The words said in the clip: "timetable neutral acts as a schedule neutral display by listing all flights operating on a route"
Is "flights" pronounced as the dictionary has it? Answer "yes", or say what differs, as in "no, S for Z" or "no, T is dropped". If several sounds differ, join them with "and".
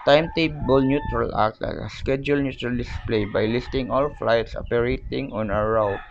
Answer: yes